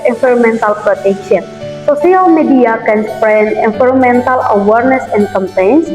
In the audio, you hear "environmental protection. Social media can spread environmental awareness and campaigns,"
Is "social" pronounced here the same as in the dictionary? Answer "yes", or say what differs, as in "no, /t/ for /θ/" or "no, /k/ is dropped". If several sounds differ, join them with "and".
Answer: no, /s/ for /ʃ/